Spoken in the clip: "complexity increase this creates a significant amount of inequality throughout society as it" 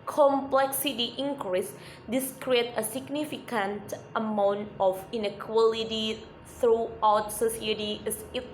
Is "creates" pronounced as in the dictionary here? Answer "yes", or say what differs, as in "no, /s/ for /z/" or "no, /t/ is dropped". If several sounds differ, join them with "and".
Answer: no, /s/ is dropped